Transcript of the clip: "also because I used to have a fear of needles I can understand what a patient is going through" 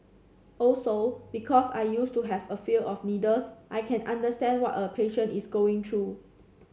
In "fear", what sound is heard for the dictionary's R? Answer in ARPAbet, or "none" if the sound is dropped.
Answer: L